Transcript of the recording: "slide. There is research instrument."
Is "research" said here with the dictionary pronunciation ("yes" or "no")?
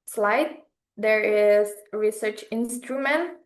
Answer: yes